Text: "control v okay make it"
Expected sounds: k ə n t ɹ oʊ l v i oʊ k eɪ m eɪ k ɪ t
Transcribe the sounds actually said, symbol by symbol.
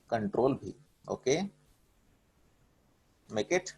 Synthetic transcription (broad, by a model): k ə n t ɹ oʊ l b i oʊ k eɪ m eɪ k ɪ t